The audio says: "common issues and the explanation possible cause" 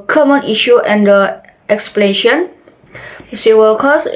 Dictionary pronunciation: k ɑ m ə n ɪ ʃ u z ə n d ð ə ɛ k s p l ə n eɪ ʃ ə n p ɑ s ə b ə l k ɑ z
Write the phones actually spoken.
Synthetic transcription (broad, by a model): k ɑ m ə n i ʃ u ə n d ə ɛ k s p l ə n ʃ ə n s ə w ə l k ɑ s